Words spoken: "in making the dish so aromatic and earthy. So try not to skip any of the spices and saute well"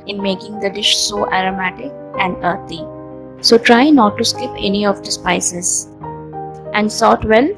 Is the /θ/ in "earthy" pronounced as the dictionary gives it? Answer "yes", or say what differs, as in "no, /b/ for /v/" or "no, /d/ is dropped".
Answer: no, /t/ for /θ/